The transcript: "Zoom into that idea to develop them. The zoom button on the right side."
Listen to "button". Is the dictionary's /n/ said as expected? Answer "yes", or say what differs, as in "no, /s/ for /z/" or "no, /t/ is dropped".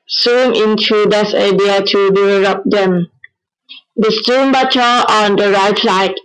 no, /n/ is dropped